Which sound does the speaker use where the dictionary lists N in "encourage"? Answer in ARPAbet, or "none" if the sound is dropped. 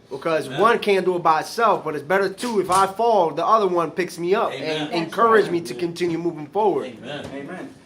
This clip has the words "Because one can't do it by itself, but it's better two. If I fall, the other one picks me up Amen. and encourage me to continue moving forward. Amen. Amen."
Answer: N